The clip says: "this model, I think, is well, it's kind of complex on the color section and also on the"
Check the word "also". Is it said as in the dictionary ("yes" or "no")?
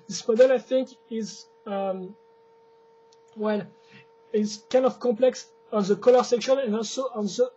yes